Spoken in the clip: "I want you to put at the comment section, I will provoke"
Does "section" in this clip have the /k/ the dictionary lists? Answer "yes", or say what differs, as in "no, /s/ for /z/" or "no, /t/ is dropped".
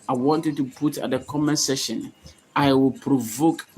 no, /k/ is dropped